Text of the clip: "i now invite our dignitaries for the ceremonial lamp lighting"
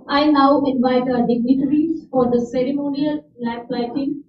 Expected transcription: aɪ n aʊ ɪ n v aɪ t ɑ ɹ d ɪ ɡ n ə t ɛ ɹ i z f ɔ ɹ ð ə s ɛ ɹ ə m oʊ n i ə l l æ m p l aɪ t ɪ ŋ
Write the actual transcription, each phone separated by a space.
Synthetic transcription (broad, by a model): aɪ n aʊ ɪ n v aɪ t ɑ d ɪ ɡ n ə t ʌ ɹ i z f ɔ ɹ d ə s ɛ ɹ ə m oʊ n i ə l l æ p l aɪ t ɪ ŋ